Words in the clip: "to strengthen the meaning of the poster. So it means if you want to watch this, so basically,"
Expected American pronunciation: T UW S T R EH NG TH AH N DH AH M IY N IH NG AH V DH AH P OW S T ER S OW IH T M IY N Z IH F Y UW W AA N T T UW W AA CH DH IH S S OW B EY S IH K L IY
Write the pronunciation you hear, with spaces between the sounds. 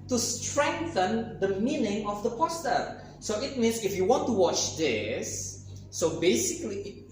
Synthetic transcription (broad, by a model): T UW S T R EH NG TH AH N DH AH M IY N IH NG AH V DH AH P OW S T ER S OW IH T M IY N S IH F Y UW W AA N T T UW W AA CH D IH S S OW B EY S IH K L IY